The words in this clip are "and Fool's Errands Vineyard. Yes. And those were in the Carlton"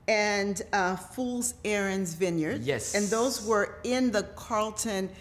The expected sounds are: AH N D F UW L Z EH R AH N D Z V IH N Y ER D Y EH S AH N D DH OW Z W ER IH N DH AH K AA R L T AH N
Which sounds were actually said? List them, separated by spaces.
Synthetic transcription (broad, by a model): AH N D F UW L Z EH R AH N Z V IH N Y ER D Y EH S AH N DH OW Z W ER IH N DH AH K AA R L T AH N